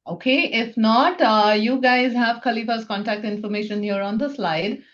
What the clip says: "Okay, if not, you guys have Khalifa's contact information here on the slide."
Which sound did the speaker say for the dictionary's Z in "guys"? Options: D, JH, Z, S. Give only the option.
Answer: Z